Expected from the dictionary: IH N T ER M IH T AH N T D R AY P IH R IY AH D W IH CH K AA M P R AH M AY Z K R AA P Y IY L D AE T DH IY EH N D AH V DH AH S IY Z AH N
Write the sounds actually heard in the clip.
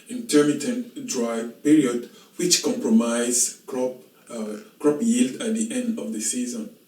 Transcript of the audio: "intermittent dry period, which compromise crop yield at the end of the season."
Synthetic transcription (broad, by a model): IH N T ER M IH T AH N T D R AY P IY R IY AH D W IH CH K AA M P R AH M AY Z K R AA P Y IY L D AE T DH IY EH N D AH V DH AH S IY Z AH N